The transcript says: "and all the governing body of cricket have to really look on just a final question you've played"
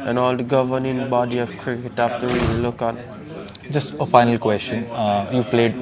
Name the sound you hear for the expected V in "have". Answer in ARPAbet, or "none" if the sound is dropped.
F